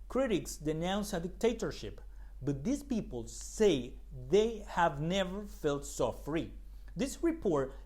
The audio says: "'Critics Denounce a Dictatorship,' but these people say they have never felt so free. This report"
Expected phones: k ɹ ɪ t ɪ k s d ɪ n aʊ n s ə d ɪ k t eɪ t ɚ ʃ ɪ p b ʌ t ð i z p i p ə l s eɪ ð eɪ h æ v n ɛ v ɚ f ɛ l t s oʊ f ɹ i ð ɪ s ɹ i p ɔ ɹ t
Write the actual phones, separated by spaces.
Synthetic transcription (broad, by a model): k ɹ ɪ t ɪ k s d ɪ n aʊ n s ə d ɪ k t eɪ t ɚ ʃ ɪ p b ʌ t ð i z p i p ə l s eɪ ð eɪ h æ v n ɛ v ɚ f ɛ l t s oʊ f ɹ i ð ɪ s ɹ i p ɔ ɹ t